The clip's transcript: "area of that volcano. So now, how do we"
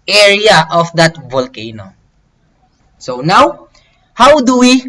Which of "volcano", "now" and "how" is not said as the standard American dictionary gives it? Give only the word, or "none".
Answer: none